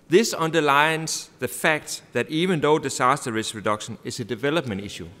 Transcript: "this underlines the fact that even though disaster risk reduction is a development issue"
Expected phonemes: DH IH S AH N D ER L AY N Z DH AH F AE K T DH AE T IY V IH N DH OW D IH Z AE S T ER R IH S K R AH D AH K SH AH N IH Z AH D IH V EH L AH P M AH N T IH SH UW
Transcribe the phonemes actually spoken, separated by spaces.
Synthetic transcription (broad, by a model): DH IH S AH N D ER L AY N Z DH AH F AE K T DH AE T IY V IH N DH OW D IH S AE S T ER R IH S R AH D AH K SH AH N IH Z AH D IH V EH L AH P M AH N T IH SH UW